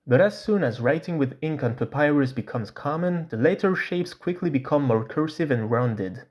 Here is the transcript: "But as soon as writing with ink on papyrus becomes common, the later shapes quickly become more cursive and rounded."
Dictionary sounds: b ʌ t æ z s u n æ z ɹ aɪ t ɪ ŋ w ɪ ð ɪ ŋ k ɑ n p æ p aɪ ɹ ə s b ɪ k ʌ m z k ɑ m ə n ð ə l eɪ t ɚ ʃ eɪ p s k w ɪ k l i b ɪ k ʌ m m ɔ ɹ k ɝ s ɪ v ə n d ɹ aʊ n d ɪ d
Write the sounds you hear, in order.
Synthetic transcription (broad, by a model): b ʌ t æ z s u n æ z ɹ aɪ t ɪ ŋ w ɪ ð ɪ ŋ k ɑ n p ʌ p aɪ ɹ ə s b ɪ k ʌ m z k ɑ m ə n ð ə l eɪ t ɚ ʃ eɪ p s k w ɪ k l i b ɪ k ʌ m m ɔ ɹ k ɝ s ɪ v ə n ɹ aʊ n d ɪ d